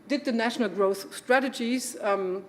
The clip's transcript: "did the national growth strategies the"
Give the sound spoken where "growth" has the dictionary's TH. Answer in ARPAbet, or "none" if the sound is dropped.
TH